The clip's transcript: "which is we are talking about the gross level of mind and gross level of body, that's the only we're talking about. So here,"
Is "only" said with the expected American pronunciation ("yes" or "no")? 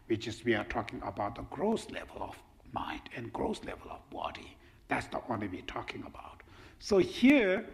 no